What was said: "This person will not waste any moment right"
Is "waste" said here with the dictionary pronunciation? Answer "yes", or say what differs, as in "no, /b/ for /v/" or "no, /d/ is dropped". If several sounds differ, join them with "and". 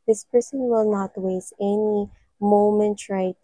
no, /t/ is dropped